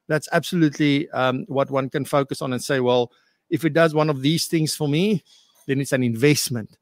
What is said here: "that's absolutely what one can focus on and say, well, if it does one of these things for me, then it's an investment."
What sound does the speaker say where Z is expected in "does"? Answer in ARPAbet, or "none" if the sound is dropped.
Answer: Z